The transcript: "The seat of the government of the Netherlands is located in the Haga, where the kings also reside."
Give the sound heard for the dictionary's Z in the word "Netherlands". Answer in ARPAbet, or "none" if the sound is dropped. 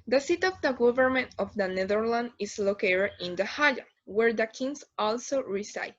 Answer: none